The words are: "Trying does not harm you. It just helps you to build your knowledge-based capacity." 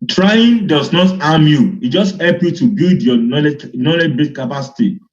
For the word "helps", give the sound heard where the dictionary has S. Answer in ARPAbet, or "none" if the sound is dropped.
none